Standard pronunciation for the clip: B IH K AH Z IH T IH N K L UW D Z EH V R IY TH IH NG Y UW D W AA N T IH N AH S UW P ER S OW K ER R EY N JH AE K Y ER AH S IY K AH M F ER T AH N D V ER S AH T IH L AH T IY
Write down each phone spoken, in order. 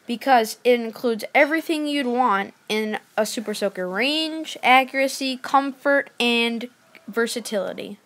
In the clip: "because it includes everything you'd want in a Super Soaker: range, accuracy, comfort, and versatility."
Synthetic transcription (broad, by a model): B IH K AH Z IH T IH N K L UW D Z EH V R IY TH IH NG Y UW D W AA N T IH N AH S UW P ER S OW K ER R EY N JH AE K Y ER AH S IY K AH M F ER T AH N V ER S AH T IH L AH T IY